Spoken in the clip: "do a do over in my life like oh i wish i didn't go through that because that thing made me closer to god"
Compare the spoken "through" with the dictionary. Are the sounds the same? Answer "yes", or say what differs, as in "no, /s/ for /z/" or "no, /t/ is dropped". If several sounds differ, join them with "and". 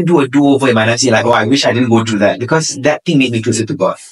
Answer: no, /t/ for /θ/